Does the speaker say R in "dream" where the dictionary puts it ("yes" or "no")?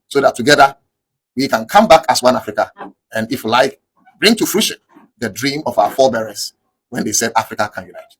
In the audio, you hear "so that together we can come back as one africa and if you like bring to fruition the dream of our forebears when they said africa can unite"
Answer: yes